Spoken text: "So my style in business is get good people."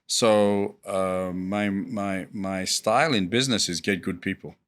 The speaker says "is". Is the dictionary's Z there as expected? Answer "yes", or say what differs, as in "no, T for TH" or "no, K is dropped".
yes